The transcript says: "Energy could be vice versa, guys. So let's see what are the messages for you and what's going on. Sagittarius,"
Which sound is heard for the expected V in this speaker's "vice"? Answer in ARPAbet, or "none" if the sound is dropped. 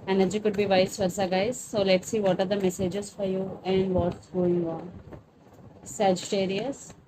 V